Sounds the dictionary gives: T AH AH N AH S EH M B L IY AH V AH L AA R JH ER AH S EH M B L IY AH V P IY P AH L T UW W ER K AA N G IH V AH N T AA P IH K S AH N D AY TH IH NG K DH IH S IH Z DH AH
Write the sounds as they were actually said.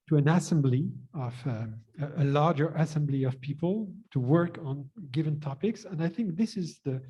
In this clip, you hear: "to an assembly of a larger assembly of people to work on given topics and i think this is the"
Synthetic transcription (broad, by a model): T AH AH N AH S EH M B L IY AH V AH L AA R JH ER AH S EH M B L IY AH V P IY P AH L T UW W ER K N G IH V AH N T AA P IH K S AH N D AY TH IH NG K DH IH S IH Z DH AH